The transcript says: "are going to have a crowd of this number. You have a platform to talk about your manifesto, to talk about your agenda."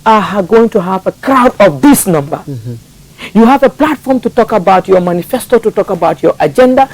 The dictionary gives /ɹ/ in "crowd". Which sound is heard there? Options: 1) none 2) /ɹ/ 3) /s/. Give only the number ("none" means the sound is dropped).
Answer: 2